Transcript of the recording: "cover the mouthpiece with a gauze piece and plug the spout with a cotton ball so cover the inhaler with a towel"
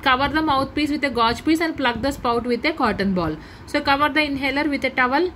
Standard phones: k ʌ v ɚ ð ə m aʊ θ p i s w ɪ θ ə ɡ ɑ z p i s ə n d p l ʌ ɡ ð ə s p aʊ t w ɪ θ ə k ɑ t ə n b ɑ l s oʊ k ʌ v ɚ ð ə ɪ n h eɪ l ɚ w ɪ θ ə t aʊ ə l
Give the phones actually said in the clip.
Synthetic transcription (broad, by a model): k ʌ v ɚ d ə m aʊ t p i s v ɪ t ə ɡ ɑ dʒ p i s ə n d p l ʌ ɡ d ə s p aʊ t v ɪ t ə k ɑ t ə n b ɑ l s oʊ k ʌ v ɚ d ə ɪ n h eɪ l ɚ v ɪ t ə t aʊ ə l